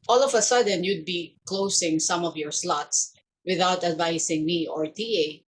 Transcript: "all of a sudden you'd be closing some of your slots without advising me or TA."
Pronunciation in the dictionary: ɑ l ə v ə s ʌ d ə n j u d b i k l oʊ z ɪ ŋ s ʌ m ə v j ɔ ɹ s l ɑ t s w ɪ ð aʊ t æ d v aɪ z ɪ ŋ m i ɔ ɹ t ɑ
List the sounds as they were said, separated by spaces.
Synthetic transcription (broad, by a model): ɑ l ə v ə s ʌ d ə n j u d b i k l oʊ s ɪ ŋ s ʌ m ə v j ɔ ɹ s l ɑ t s w ɪ ð aʊ t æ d v aɪ s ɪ ŋ m i ɔ ɹ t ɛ